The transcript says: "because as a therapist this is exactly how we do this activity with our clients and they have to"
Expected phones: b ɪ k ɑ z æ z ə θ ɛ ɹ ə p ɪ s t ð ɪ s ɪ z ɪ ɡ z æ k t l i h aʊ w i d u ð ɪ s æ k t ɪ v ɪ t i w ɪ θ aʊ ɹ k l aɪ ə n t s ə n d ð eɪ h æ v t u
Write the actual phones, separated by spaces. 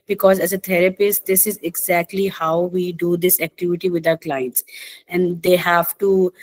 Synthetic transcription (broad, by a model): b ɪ k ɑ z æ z ə t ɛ ɹ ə p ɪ s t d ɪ s ɪ z ɪ ɡ z æ k t l i h aʊ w i d u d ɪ s æ k t ɪ v ɪ t i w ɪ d aʊ ɹ k l aɪ ə n t s ə n d eɪ h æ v t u